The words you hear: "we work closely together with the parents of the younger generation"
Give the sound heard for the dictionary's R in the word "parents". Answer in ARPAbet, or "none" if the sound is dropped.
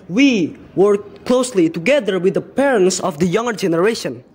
R